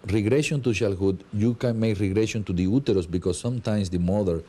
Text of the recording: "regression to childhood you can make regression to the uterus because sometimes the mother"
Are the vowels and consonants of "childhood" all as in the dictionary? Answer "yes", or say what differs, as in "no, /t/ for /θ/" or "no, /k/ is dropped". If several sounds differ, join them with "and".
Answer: no, /ʃ/ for /tʃ/